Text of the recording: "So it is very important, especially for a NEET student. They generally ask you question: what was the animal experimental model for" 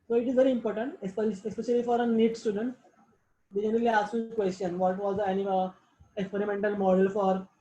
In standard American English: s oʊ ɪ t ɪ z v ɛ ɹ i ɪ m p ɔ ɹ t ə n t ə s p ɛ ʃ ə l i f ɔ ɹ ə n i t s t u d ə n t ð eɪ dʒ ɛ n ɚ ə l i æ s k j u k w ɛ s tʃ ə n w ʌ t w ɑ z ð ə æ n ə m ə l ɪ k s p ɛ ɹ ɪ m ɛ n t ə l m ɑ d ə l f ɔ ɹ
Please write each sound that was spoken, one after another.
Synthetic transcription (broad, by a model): s oʊ ɪ t ɪ z v ɛ ɹ i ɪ m p ɔ ɹ t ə n t ə s p ɛ ʃ ə l i f ɔ ɹ ə n i t s t u d ə n t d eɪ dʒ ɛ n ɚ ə l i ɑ s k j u k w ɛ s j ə n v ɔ t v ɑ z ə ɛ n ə ə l ɪ k s p ɛ ɹ ɪ m ɛ n t ə l m ɑ d ə l f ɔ ɹ